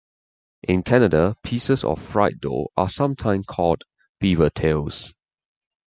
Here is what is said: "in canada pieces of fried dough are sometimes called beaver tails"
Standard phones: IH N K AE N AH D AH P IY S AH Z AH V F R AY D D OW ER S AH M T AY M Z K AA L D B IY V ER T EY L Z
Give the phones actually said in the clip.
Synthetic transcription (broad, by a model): IH N K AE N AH D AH P IY S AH S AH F R AY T D OW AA S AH M T AY M K AA L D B IY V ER T EY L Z